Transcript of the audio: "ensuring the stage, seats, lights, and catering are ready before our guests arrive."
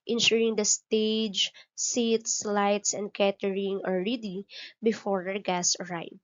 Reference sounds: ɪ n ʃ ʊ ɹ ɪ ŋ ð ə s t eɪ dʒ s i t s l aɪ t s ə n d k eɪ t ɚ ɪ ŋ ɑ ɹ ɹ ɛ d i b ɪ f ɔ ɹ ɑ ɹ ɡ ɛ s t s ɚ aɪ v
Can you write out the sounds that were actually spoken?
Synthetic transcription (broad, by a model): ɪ n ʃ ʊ ɹ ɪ ŋ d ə s t eɪ dʒ s i t s l aɪ t s ə n d k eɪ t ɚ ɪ ŋ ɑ l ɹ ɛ d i b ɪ f ɔ ɹ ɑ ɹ ɡ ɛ s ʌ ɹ aɪ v